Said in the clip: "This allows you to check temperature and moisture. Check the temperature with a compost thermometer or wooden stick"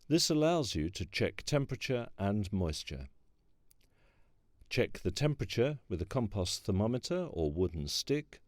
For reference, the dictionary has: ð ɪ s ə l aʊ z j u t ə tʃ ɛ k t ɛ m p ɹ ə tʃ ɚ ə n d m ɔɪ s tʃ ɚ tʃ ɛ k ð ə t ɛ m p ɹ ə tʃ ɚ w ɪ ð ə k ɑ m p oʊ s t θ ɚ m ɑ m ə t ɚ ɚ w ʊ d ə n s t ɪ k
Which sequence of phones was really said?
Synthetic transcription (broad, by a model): ð ɪ s ə l aʊ z j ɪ t ə tʃ ɛ k t ɛ m p ɹ ə tʃ ɚ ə n m ɔɪ s tʃ ɚ tʃ ɛ k ð ə t ɛ m p ɹ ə tʃ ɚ w ɪ ð ə k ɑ m p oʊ s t θ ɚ m ɑ m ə t ɚ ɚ w ʊ d n s t ɪ k